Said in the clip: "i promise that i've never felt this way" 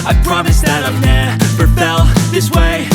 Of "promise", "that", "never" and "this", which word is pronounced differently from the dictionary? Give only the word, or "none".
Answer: never